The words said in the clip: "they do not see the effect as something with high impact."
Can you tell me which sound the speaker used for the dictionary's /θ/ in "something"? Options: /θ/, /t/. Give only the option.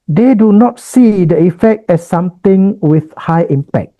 /t/